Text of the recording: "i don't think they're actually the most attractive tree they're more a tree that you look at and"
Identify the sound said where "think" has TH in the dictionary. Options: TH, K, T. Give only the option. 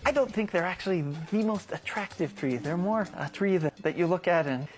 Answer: TH